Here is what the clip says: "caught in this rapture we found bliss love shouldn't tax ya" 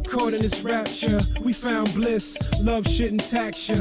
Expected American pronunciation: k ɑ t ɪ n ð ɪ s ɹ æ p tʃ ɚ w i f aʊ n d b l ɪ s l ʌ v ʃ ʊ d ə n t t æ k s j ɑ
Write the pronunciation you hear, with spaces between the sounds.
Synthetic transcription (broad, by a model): k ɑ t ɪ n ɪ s ɹ æ p tʃ ɚ w i f aʊ n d b l ɪ s l ʌ v ʃ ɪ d n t t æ k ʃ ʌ